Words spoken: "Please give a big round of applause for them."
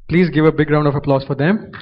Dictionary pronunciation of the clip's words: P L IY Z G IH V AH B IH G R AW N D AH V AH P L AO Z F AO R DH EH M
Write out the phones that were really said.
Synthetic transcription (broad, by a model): P L IY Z G IH V AH B IH G R AW N D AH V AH P L AO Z F AO R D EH M